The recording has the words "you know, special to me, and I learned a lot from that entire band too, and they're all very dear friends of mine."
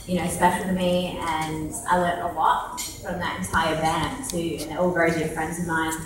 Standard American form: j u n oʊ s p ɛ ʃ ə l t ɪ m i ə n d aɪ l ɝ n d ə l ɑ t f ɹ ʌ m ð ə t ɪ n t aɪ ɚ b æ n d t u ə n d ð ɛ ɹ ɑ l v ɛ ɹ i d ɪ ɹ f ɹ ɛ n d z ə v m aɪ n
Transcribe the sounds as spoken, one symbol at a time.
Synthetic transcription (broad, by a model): j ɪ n oʊ s p ɛ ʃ l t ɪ m i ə n aɪ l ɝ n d ə l ɑ t f ɹ ʌ m ð ə t ɪ n t aɪ ɚ b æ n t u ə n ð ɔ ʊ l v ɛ ɹ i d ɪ f ɹ ɛ n d z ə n m aɪ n